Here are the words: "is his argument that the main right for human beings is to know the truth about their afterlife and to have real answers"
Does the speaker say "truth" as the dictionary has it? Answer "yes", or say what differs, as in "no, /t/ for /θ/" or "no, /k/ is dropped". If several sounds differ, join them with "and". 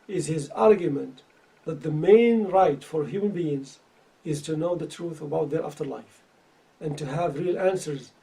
yes